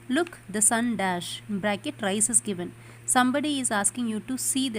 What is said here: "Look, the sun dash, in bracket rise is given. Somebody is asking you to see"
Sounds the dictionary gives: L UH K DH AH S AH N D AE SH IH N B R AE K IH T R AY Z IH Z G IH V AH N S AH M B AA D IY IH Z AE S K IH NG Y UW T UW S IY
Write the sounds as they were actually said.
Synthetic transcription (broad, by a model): L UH K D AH S AH N D AE SH B R AE K IH T R AY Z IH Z G IH V AH N S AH M B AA D IY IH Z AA S K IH NG Y UW T UW S IY